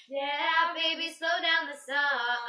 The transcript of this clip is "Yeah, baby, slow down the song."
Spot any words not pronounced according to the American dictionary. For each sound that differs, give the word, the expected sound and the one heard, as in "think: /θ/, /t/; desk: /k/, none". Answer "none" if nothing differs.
none